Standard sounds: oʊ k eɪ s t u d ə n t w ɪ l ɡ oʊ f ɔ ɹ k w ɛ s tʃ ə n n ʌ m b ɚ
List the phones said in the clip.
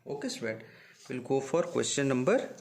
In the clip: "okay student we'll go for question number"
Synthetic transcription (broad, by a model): oʊ k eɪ s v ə t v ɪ l ɡ oʊ f ɔ ɹ k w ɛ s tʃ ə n n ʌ m b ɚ